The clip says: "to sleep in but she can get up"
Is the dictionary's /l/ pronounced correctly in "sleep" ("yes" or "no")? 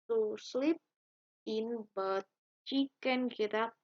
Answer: yes